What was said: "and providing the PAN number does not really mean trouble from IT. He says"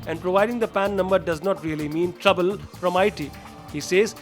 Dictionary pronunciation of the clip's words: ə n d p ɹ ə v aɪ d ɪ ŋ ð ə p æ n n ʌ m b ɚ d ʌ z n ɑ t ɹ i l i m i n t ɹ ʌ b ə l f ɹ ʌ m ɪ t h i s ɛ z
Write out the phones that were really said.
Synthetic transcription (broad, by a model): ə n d p ɹ ə v aɪ d ɪ ŋ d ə p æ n n ʌ m b ɚ d ʌ z n ɑ t ɹ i l i m i n t ɹ ʌ b ə l f ɹ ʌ m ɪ t h i s ɛ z